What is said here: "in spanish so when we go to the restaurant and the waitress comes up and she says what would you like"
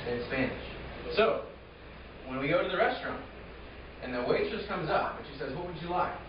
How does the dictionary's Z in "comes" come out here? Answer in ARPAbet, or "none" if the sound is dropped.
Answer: Z